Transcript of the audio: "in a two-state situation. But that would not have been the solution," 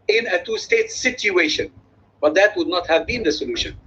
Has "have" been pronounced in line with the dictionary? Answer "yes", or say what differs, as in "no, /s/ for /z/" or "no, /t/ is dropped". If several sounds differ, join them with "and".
yes